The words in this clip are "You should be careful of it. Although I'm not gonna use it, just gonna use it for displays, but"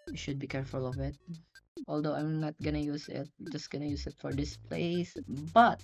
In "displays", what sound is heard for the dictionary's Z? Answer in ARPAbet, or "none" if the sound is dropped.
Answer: S